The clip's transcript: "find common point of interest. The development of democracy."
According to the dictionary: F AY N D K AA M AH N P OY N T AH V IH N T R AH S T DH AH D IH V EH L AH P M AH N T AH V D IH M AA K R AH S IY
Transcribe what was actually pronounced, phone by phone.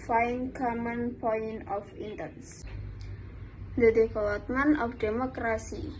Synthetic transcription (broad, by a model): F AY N K AA M AH N P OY N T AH F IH N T AH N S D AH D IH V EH L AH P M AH N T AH F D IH M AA K R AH S IY